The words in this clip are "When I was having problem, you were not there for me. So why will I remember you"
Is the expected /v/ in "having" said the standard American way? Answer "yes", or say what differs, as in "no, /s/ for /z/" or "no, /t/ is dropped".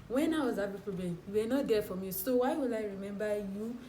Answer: no, /b/ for /v/